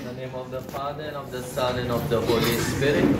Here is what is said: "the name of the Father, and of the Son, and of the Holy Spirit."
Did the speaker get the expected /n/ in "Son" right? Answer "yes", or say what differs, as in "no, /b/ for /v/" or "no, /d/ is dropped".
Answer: no, /l/ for /n/